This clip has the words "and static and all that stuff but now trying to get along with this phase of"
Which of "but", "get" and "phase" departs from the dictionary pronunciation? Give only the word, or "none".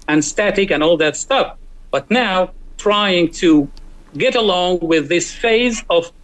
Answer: none